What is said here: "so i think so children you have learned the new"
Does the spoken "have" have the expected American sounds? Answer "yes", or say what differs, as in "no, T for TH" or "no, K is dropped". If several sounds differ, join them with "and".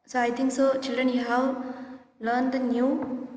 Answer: no, W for V